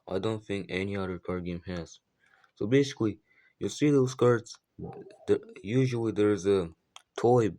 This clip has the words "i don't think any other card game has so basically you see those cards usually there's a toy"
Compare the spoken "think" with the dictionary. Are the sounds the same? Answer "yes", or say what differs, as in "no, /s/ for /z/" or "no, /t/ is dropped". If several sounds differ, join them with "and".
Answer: yes